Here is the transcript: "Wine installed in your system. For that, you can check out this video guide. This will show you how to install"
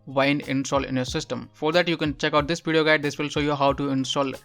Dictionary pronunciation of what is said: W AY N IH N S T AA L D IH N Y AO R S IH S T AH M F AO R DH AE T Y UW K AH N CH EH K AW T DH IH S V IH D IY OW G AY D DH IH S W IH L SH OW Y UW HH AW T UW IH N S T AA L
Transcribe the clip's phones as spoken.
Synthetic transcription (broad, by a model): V AY N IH N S T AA L IH N Y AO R S IH S T AH M F AO R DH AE T Y UW K AH N CH EH K AW T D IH S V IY D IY OW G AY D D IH S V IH L SH OW Y UW HH AW T UW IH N S T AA L